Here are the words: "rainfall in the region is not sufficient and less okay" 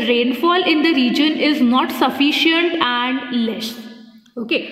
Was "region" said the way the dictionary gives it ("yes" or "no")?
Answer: yes